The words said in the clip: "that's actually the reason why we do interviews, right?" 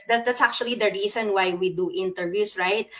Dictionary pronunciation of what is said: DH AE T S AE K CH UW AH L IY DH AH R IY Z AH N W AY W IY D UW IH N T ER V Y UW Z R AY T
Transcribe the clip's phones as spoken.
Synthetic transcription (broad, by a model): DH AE T S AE K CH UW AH L IY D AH R IY S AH N W AY W IY D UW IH N T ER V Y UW S R AY T